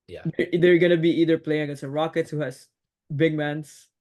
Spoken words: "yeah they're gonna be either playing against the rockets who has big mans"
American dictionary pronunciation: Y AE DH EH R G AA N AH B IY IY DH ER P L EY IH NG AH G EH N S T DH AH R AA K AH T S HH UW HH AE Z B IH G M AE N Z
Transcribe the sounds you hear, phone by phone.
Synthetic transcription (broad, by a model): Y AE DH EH R G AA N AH B IY IY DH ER P L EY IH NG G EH S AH R AA K AH T S HH UW HH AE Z B IH G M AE N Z